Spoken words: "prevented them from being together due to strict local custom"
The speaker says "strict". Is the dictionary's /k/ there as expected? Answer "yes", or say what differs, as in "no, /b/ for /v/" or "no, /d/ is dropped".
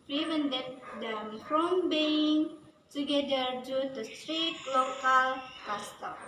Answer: no, /k/ is dropped